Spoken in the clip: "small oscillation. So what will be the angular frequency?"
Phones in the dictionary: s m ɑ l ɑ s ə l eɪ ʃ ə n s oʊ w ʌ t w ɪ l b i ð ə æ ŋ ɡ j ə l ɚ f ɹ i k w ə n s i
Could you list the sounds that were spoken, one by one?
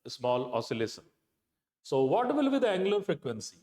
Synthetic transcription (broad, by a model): s m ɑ l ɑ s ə l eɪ s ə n s oʊ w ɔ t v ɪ l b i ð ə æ ŋ ɡ l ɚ f ɹ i k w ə n s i